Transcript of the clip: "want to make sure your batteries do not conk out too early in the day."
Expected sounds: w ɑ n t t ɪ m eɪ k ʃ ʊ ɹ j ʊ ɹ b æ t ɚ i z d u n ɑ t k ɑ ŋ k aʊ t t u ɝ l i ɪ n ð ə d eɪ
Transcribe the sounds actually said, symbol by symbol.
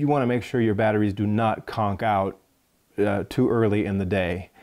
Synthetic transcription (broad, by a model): w ɑ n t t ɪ m eɪ k ʃ ʊ ɹ j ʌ ɹ b æ t ɚ i z d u n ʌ t k ɑ ŋ k aʊ t t u ɝ l i ɪ n ð ə d eɪ